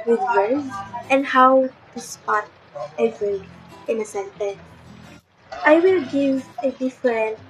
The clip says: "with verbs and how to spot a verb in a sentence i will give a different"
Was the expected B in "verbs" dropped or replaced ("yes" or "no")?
yes